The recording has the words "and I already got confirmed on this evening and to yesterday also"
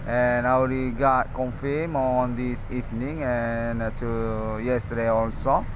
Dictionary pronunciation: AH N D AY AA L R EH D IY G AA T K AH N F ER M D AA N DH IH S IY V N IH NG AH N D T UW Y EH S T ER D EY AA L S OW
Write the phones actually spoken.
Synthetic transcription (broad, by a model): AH N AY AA W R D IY G AA T K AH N F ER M AA N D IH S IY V N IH NG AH N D T UW Y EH S T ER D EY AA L S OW